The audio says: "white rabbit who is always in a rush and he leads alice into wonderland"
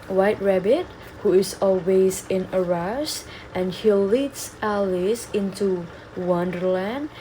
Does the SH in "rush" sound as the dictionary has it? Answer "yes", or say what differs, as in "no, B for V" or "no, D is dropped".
no, S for SH